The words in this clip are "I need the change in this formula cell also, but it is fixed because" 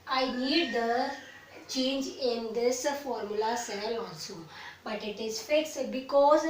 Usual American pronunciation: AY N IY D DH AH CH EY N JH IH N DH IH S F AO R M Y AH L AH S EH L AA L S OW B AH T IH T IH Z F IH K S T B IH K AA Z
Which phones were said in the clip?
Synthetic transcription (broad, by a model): AY N IY D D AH CH EY N JH IH N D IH S F AO R M Y AH L AH S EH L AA N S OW B AH T IH T IH Z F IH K S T B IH K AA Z